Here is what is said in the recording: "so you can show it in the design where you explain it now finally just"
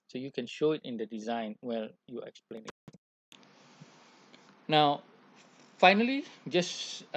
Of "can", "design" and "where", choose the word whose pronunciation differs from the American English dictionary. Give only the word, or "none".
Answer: where